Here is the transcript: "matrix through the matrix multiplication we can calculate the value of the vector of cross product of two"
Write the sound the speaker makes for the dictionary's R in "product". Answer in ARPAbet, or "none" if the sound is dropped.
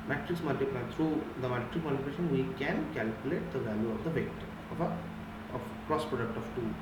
R